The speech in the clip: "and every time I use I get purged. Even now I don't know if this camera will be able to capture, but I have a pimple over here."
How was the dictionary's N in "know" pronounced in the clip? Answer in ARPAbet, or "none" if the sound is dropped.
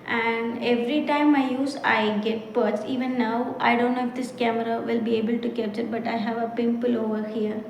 L